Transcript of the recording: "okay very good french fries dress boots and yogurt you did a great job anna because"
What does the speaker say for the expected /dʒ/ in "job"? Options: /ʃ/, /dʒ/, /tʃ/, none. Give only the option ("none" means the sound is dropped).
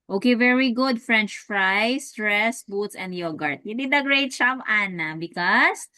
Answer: /tʃ/